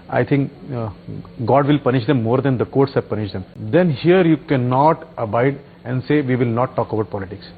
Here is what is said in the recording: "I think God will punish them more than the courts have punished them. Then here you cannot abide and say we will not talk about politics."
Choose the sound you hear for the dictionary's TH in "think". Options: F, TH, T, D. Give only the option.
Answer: T